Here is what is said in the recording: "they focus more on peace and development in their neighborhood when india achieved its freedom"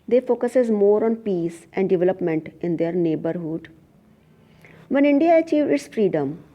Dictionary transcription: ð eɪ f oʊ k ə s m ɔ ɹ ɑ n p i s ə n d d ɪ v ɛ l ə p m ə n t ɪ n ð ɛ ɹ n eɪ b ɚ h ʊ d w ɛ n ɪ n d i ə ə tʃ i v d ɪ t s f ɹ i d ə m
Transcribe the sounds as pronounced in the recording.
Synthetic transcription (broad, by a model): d eɪ f oʊ k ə s m ɔ ɹ ɑ n p i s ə n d d ɪ v ɛ l ə p m ə n t ɪ n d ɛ ɹ n eɪ b ɚ h ʊ d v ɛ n ɪ n d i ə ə tʃ i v ɪ t s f ɹ i d ə m